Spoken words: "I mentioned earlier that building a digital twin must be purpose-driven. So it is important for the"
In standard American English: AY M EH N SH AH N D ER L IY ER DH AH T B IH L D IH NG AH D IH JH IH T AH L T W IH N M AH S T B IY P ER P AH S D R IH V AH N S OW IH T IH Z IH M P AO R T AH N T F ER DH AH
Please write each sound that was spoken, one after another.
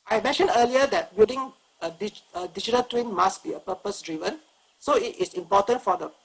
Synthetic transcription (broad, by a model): AY M EH N SH AH N D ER L IY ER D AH T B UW D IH NG AH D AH JH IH T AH L T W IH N M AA S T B IY P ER P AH S D R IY V AH N S OW IH T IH S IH M P AO T AH N T F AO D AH